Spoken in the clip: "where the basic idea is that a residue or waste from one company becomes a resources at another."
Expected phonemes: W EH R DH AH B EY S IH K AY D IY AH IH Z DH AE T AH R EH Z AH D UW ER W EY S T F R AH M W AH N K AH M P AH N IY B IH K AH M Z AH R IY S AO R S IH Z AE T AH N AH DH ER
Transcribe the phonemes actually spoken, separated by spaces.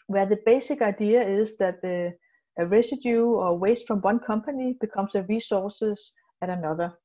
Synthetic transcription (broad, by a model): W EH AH DH AH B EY S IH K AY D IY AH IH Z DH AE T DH R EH S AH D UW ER W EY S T F R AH M W AH N K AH M P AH N IY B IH K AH M S AH R IY S AO S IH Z AE T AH N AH DH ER